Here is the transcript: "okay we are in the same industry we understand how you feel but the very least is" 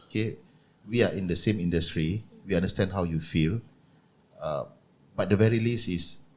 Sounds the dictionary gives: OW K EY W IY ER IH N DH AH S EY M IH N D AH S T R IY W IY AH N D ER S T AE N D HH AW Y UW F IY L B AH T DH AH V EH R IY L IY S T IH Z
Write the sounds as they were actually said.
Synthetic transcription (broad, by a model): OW K EY W IY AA IH N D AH S EY M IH N D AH S T R IY W IY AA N D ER S T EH N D HH AW Y UW F IY L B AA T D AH V EH R IY L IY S IH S